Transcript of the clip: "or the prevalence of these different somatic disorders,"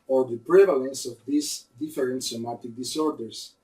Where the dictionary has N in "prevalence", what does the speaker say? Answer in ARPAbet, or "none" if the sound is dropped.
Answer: N